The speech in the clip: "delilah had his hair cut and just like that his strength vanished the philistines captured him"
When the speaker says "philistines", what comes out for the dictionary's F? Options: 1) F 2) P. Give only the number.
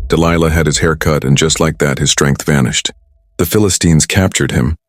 1